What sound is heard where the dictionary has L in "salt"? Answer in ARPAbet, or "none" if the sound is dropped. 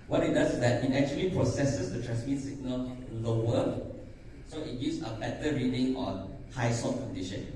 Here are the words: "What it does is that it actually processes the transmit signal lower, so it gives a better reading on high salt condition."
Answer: none